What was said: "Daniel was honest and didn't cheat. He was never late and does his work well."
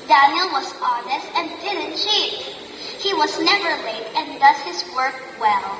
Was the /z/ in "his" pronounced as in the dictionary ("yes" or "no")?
yes